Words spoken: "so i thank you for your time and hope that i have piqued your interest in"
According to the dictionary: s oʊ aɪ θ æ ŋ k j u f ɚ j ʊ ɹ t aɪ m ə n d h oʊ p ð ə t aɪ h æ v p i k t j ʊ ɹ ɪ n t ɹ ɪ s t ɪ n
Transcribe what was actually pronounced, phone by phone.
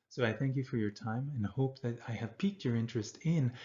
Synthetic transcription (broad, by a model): s oʊ aɪ θ æ ŋ k j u f ɚ j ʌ ɹ t aɪ m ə n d h oʊ p ð ə t aɪ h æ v p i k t j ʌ ɹ ɪ n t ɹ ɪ s t ɪ n